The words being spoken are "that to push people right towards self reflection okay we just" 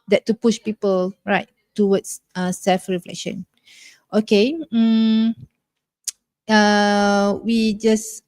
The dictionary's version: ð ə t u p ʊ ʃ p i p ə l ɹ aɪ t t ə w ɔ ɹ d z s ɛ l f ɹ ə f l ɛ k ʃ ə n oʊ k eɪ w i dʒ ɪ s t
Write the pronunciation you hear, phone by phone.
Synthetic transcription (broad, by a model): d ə t u p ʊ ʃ p i p ə l ɹ aɪ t t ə w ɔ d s s ɛ l f ɹ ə f l ɛ k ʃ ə n oʊ k eɪ w i dʒ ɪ s